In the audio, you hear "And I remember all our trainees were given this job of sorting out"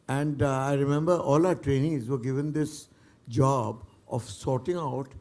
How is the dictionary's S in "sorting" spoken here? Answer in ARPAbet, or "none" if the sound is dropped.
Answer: S